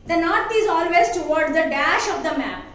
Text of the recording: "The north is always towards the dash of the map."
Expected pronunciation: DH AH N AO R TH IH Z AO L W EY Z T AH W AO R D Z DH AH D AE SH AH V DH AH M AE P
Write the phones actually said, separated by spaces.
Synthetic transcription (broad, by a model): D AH N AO R T IH Z AO L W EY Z T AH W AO R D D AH D AE SH AH V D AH M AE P